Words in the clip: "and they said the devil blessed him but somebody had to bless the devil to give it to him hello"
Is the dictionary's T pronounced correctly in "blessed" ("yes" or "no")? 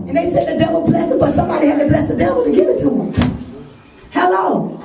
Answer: no